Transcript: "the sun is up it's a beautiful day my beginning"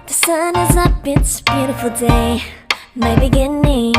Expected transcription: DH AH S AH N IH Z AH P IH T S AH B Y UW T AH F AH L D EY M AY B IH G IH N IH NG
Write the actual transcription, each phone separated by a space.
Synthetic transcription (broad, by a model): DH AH S AH N IH Z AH B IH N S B Y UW T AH F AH L D EY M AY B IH G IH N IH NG